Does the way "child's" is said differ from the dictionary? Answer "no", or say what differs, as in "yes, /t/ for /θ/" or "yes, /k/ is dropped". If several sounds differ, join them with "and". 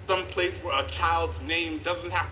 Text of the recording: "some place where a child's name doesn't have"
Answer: no